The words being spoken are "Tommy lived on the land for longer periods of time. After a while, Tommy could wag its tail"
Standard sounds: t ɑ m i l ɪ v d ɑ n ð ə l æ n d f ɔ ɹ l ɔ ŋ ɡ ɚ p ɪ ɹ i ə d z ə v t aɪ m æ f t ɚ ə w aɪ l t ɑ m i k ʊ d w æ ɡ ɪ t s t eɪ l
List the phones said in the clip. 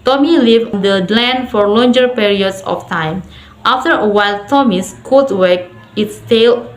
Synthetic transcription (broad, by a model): t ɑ m i l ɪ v ɑ n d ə l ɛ n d f ɔ ɹ l ɔ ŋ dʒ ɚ p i ɹ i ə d s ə f t aɪ m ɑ f t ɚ ə w aɪ l t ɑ m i k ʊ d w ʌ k ɪ t s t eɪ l